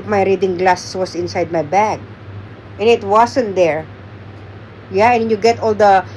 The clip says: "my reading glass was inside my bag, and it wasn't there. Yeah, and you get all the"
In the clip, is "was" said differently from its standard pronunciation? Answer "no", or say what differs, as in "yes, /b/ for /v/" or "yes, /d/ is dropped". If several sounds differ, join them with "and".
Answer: yes, /s/ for /z/